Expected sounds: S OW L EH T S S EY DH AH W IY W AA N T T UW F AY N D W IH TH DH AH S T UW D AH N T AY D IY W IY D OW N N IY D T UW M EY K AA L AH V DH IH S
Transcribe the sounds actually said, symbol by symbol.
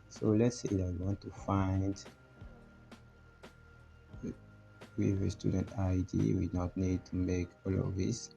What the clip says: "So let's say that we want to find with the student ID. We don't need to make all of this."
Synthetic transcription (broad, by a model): S OW L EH T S S EY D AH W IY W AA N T T UW F AY N D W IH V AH S T UW D AH N T AY D IY W IY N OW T N IY D T UW M EY K AA L AH V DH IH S